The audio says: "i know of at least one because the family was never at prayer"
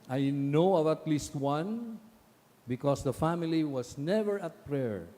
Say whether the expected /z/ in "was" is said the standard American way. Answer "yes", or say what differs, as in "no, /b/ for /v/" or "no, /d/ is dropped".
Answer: no, /s/ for /z/